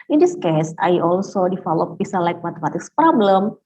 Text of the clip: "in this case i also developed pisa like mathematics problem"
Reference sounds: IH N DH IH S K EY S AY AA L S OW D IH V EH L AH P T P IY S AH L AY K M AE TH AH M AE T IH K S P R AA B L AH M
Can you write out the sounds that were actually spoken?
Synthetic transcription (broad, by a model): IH N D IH S K EY S AY AA L S OW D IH F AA L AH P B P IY S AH L AY K M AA T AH M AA T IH K S P R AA B L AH M